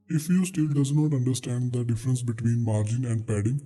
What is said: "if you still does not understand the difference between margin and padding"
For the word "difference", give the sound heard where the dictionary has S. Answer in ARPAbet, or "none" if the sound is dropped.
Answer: S